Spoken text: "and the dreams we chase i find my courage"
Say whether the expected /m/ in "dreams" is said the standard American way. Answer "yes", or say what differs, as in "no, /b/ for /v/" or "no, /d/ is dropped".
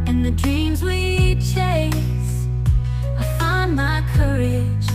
yes